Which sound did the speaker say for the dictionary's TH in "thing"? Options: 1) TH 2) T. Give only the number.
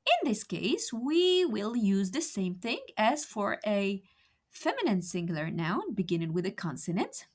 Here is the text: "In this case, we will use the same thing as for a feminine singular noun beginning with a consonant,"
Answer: 1